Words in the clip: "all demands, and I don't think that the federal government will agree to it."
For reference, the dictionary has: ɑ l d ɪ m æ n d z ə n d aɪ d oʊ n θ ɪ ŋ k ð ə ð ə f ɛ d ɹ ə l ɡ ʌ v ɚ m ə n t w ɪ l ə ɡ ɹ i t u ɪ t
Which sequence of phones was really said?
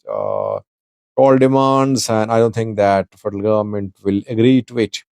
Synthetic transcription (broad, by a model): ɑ l d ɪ m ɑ n d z ə n d aɪ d oʊ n t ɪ ŋ k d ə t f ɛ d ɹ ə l ɡ ʌ v ɚ m ə n t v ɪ l ə ɡ ɹ i t u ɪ t